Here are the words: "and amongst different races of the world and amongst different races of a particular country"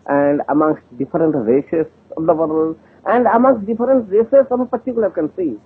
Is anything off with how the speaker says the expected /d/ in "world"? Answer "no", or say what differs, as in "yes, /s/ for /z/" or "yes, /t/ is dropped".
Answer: yes, /d/ is dropped